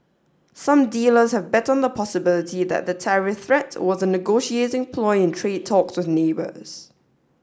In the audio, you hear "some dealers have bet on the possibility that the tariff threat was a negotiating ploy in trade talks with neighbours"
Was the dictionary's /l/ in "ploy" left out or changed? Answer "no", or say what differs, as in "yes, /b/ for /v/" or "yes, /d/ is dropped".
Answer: no